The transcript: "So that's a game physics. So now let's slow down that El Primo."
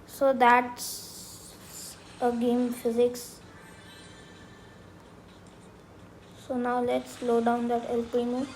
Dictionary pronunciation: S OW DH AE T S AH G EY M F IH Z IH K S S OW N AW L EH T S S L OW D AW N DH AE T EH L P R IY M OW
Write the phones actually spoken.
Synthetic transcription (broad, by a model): S OW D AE T S AH G EY M F IH Z IH K S S OW N AW L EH T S S L OW D AW N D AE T EH L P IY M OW